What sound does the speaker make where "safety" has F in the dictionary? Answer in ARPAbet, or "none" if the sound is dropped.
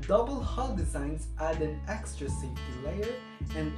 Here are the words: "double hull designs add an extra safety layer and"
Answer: none